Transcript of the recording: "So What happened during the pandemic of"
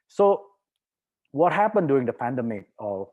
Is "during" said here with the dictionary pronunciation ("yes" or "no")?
no